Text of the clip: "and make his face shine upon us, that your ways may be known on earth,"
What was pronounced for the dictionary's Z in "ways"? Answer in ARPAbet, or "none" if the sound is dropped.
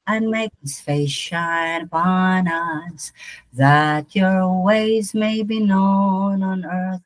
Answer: Z